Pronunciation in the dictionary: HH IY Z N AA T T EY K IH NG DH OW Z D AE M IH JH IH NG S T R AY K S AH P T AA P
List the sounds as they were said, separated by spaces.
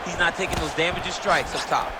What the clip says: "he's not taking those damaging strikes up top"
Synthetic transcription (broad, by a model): HH IY Z N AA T T EY K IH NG DH OW Z D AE M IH JH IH S T R AY K S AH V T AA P